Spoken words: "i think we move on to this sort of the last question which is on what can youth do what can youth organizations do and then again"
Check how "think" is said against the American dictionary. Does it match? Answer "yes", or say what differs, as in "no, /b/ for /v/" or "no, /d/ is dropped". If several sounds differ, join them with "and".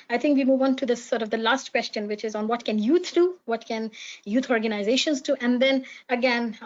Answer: no, /t/ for /θ/